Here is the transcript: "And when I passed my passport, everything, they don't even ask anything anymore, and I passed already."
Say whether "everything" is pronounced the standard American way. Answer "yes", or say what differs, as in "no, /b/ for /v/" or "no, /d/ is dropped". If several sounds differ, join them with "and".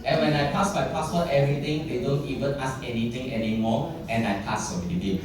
no, /t/ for /θ/